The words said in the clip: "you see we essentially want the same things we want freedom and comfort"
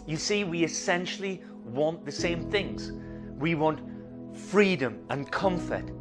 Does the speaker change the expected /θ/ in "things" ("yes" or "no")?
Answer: no